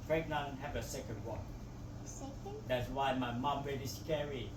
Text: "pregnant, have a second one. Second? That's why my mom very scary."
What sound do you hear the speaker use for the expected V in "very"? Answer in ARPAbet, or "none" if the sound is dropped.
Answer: W